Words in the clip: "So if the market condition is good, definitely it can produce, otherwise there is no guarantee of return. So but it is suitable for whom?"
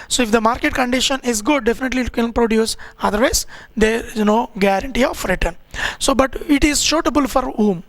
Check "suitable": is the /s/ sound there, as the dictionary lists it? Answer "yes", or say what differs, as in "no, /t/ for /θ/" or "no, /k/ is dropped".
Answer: no, /ʃ/ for /s/